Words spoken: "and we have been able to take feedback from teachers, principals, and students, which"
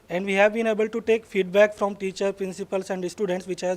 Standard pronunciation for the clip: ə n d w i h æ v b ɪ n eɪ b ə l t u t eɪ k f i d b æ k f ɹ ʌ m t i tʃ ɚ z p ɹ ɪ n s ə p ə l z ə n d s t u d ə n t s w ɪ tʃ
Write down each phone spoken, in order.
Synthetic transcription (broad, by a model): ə n d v i h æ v b ɪ n eɪ b ə l t u t eɪ k f i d b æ k f ɹ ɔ m t i tʃ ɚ p ɹ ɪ n s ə p ə l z ə n d s t u d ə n t s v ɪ tʃ